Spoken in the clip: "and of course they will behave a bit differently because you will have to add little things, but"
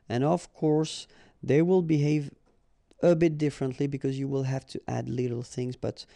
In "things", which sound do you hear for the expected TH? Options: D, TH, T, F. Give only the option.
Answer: TH